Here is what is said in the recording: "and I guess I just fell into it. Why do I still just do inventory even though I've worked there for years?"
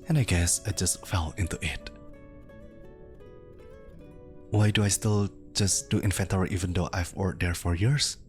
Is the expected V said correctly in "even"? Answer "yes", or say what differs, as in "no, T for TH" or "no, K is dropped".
yes